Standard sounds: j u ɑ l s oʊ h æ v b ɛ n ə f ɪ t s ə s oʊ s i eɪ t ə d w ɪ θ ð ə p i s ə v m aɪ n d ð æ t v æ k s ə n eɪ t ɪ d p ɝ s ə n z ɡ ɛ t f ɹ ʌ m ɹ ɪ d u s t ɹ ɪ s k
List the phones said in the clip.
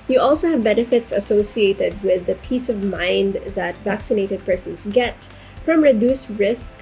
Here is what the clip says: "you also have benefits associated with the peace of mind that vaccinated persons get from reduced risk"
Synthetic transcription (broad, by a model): j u ɑ l s oʊ h æ v b ɛ n ə f ɪ t s ə s oʊ s i eɪ t ə d w ɪ ð ə p i s ə v m aɪ n d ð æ t v æ k s ə n eɪ t ɪ d p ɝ s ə n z ɡ ɛ t f ɹ ʌ m ɹ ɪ d u s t ɹ ɪ s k